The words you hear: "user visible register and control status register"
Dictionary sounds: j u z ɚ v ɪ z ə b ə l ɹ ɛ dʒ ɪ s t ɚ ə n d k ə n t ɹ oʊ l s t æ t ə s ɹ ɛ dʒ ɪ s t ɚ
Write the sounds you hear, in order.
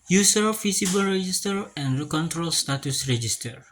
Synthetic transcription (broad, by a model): j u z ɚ f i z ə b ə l ɹ ɛ dʒ ɪ s t ɚ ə n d k ə n t ɹ oʊ l s t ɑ t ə s ɹ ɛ dʒ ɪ s t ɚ